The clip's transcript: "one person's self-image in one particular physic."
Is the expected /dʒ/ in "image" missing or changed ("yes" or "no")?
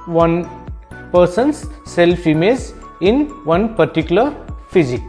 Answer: yes